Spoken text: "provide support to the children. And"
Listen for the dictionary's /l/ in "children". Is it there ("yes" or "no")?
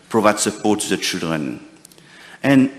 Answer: yes